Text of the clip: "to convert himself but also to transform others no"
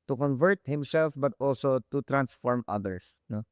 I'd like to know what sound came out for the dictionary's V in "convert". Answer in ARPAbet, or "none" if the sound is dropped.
V